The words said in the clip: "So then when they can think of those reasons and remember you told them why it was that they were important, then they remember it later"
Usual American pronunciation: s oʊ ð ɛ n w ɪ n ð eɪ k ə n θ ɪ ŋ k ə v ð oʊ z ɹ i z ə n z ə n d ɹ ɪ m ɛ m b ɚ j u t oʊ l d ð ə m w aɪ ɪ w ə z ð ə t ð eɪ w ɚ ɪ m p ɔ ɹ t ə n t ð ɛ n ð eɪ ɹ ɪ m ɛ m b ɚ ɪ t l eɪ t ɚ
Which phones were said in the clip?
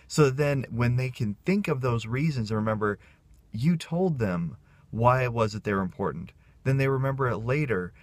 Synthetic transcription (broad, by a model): s oʊ ð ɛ n w ɪ n ð eɪ k ə n θ ɪ ŋ k ə v ð oʊ z ɹ i z ə n z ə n ɹ ɪ m ɛ m b ɚ j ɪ t oʊ l d ð ə m w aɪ ɪ w ə z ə t ð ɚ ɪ m p ɔ ɹ t n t ð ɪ n ð eɪ ɹ ɪ m ɛ m b ɚ ɪ t l eɪ t ɚ